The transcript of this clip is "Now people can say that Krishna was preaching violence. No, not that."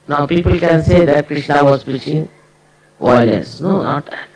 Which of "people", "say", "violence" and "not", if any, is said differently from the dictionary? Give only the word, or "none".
violence